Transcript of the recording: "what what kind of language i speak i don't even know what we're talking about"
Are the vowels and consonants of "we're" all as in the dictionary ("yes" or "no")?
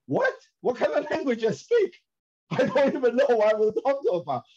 no